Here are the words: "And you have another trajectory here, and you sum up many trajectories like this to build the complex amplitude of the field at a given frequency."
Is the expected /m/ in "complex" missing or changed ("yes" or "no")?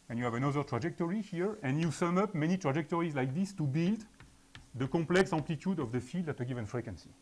yes